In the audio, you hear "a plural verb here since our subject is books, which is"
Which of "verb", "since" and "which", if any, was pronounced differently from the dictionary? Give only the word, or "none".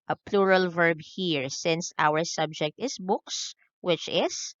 none